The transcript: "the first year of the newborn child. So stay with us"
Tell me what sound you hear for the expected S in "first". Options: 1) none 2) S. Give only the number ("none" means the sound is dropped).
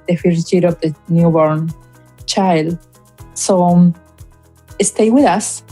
1